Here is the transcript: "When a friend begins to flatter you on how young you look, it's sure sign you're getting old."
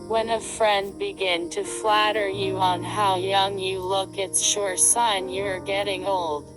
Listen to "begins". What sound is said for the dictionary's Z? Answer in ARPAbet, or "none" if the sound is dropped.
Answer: none